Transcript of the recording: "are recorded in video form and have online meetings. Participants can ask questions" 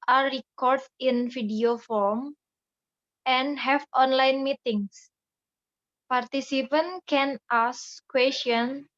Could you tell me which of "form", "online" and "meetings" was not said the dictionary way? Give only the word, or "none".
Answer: meetings